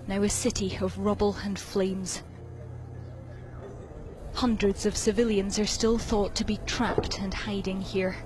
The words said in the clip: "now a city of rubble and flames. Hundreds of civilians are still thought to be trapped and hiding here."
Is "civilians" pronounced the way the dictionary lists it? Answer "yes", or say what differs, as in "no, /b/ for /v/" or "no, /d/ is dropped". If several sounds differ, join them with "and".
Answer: yes